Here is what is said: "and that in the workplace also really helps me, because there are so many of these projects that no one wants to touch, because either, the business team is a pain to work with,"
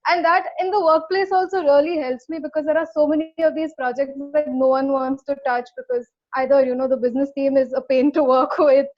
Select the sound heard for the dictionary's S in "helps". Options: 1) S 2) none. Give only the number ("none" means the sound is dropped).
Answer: 1